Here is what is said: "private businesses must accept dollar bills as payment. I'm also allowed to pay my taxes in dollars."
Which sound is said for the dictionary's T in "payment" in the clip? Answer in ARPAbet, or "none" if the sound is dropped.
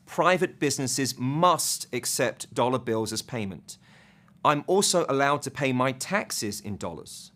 T